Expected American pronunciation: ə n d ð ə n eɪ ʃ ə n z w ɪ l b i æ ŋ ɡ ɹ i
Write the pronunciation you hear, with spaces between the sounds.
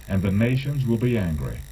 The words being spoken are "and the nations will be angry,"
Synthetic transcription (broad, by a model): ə n ð ə n eɪ ʃ ə n z w ɪ l b i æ ŋ ɡ ɹ i